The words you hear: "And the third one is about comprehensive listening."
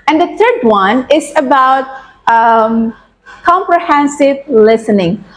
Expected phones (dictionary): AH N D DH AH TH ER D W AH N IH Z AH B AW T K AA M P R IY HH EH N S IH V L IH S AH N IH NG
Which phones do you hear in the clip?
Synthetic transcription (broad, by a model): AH N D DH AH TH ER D W AH N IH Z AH B AW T K AA M P R IY HH EH N S IH V L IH S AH N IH NG